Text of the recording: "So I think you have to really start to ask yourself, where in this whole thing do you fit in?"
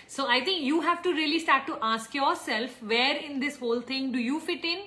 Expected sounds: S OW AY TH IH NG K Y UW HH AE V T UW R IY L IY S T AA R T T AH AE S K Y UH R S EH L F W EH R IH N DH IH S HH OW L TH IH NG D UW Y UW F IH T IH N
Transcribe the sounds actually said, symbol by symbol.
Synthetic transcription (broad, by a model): S OW AY T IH NG K Y UW HH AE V T UW R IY L IY S T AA R T T AH S K Y UH R S EH L F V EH R IH N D IH S HH OW L T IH NG D UW Y UW F IH T IH N